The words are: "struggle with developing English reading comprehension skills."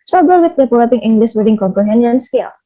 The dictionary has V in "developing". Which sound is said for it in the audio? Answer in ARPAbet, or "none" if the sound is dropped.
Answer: P